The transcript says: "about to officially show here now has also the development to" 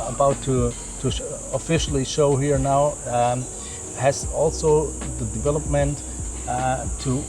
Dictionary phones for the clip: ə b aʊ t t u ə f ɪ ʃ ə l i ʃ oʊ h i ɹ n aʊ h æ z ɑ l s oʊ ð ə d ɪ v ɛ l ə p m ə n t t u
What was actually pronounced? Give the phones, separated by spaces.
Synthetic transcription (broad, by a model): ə b aʊ t t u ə f ɪ ʃ l i ʃ oʊ h i ɹ n aʊ h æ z ɑ l s oʊ ð ə d ɪ v ɛ l ə p m ə n t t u